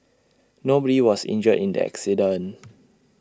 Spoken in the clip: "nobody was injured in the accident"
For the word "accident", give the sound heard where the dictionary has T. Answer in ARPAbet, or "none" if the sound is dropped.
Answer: none